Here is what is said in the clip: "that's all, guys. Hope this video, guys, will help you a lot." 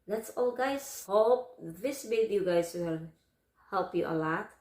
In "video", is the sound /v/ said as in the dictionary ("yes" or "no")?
no